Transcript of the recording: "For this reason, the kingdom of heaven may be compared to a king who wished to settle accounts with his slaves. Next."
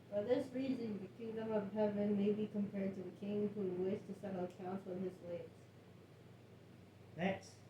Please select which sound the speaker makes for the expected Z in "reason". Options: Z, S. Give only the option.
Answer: Z